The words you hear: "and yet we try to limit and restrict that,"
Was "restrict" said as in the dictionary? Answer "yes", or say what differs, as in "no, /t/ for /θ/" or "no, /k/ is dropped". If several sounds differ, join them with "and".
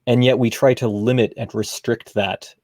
yes